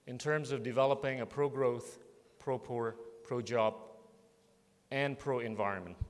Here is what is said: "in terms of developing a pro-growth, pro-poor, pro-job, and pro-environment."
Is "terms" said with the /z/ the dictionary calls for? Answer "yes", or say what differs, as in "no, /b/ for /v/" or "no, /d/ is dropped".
yes